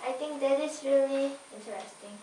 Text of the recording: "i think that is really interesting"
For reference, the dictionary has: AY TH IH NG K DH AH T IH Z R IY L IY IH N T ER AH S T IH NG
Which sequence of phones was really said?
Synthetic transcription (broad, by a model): AY T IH NG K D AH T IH S R IY L IY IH N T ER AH S T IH NG